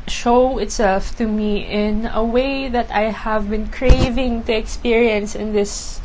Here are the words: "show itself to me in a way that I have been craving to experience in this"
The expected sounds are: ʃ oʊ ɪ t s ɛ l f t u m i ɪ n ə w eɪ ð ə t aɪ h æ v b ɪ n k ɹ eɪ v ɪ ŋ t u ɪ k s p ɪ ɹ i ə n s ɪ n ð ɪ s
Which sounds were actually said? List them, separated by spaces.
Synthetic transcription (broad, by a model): ʃ oʊ ɪ t s ɛ l f t u m i ɪ n ə w eɪ ð ə t aɪ h æ v b ɪ n k ɹ eɪ v ɪ ŋ t u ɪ k s p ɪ ɹ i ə n s ɪ n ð ɪ s